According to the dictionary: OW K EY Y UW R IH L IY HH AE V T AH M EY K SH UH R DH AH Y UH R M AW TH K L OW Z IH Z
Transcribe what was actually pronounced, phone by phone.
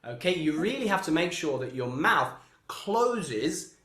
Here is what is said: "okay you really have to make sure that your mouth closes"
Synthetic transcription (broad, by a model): OW K EY Y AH R IH L IY HH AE F T AH M EY K SH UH R DH AH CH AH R M AW TH K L OW Z IH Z